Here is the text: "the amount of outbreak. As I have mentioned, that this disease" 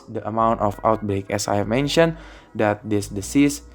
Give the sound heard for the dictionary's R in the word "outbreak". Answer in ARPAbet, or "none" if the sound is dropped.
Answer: R